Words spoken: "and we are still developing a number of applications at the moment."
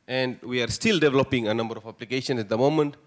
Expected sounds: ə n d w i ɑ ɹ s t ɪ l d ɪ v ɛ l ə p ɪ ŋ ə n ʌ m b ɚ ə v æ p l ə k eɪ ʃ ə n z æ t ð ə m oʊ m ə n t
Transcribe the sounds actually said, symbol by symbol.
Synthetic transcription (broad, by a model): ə n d w i ɑ ɹ s t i l d ɪ v ɛ l ə p ɪ ŋ ə n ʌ m b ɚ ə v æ p l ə k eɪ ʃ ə n s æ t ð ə m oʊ m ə n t